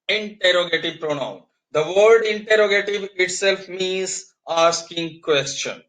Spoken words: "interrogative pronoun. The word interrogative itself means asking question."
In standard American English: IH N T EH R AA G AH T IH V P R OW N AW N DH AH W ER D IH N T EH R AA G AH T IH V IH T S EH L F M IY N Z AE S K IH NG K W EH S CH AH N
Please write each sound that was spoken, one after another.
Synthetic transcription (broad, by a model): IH N T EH R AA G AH T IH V P R OW N AW N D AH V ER D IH N T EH R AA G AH T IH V IH T S EH L F M IY N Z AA S K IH NG K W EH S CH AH N